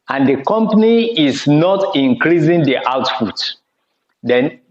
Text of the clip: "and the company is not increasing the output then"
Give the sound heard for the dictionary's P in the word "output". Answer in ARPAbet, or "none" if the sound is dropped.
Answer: F